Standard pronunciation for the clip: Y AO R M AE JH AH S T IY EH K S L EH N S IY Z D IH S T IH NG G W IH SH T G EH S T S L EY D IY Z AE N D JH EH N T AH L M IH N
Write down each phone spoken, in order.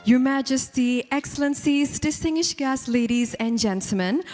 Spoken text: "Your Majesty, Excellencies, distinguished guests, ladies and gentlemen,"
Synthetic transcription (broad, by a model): Y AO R M AE JH AH S T IY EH K S L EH N S IY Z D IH S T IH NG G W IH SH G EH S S L EY D IY Z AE N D JH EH N T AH L M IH N